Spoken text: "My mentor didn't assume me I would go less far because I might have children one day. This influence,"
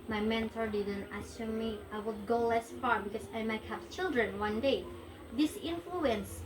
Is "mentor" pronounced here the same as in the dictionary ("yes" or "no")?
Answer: yes